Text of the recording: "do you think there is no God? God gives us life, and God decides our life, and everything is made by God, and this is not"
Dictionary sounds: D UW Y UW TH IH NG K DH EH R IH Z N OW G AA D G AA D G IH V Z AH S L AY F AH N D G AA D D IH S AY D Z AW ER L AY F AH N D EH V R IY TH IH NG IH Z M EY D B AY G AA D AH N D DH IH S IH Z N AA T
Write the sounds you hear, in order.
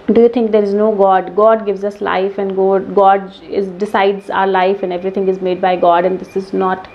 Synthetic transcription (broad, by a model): D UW Y UW T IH NG K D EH R IH Z N OW G AA D G AA D G IH V Z AH S L AY F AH N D G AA D D IH S AY D Z AW ER L AY F AH N D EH V R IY T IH NG IH Z M EY D B AY G AA D AH N D IH S IH Z N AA T